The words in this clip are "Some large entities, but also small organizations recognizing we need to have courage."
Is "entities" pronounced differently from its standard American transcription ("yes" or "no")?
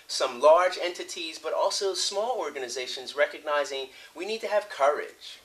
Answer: no